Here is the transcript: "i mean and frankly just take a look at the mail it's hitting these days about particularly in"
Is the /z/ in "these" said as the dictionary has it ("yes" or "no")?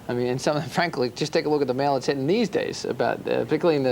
yes